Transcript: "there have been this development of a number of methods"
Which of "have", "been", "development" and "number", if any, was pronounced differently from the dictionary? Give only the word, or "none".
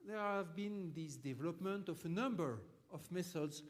none